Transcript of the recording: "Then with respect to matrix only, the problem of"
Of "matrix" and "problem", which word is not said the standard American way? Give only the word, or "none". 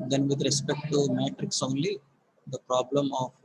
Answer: none